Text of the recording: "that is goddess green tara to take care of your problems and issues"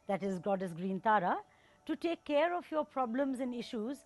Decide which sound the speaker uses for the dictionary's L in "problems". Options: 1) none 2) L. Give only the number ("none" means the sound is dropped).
2